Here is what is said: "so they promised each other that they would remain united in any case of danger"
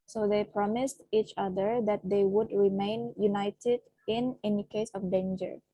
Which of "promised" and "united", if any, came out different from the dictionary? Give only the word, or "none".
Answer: none